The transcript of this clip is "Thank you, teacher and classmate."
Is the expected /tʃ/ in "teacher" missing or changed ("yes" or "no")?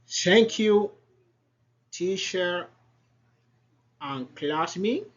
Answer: yes